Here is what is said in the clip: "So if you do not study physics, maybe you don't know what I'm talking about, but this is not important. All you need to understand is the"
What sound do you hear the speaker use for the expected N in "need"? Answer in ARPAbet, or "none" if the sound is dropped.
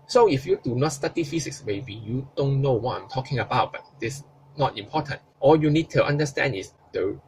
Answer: N